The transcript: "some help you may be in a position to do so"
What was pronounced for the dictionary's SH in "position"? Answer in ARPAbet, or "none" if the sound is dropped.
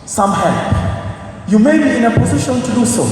SH